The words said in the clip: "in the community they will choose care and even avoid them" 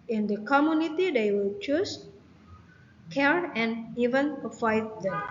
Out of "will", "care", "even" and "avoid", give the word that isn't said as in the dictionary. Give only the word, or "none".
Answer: avoid